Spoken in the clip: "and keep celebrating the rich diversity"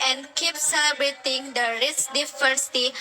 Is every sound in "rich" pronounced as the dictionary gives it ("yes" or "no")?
no